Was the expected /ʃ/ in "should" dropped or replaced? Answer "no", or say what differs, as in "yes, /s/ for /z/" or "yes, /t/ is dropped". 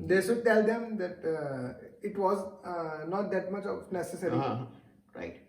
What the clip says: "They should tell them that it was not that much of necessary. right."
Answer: yes, /s/ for /ʃ/